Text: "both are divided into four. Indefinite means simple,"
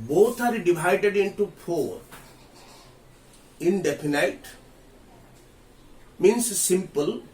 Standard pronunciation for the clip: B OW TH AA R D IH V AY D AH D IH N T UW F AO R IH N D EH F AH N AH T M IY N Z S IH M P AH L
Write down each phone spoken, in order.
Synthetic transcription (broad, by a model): B OW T AA R D IH V AY D AH D IH N T UW P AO R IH N D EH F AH N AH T M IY N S S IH M P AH L